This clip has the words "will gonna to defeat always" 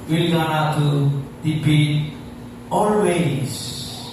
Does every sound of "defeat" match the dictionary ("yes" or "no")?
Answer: no